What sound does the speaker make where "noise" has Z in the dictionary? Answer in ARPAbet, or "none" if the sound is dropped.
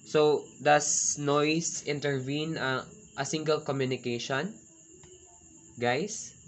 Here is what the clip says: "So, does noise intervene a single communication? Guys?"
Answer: S